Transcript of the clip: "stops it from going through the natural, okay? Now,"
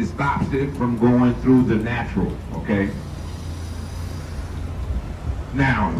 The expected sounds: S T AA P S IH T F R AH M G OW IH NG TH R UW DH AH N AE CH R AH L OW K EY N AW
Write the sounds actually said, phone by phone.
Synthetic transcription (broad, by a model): S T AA P S IH T F R AH M G OW IH NG TH R UW DH AH N AE CH R AH L OW K EY N AW